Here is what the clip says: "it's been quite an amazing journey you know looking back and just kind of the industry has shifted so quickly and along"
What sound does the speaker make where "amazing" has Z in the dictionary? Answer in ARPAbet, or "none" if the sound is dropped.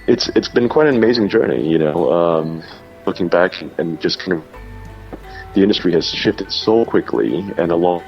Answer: Z